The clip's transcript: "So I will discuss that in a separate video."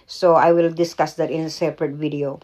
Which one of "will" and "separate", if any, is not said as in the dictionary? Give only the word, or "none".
none